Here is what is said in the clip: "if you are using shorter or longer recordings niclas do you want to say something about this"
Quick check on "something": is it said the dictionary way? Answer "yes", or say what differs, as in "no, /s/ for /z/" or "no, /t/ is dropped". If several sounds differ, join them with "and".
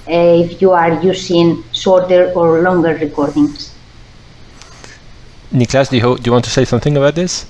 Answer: yes